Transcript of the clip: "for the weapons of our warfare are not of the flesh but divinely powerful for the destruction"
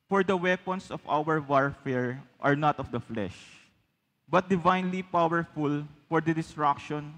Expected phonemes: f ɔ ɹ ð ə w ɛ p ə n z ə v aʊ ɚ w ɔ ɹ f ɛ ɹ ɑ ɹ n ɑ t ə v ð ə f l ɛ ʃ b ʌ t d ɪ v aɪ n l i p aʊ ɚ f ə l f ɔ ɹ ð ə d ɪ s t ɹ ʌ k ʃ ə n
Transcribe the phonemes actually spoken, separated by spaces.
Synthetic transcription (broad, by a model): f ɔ ɹ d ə w ɛ p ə n s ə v aʊ ɚ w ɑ ɹ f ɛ ɹ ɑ ɹ n ɑ t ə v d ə f l ɛ ʃ b ʌ t d ɪ v aɪ n l i p aʊ ɚ f ə l f ɔ ɹ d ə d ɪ s t ɹ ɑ k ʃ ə n